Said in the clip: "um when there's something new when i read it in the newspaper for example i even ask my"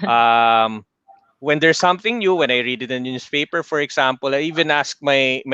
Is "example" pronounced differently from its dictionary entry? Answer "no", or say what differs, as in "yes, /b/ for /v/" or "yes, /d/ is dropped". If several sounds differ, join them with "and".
yes, /s/ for /z/